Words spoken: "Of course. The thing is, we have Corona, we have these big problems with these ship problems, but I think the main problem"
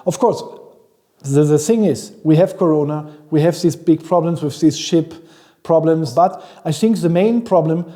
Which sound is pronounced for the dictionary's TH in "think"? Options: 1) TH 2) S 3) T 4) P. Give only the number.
1